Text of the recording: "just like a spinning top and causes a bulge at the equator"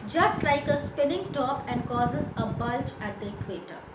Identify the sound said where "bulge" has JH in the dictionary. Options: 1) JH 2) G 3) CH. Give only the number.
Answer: 3